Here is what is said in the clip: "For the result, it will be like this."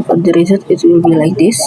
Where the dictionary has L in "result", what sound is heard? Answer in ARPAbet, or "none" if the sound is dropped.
none